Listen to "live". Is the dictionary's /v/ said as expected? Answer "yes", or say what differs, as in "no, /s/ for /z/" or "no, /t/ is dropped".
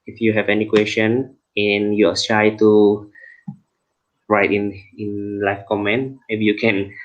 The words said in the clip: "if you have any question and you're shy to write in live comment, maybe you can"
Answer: no, /f/ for /v/